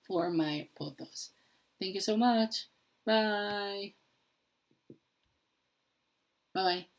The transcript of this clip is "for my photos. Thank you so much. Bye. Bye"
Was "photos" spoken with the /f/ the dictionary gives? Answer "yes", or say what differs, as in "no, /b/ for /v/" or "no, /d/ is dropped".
no, /p/ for /f/